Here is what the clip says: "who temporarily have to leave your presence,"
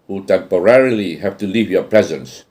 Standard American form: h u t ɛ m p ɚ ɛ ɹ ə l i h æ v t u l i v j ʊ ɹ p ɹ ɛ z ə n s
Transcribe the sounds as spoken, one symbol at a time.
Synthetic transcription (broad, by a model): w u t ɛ m p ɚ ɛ ɹ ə l i h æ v t u l i v j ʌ ɹ p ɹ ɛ z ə n s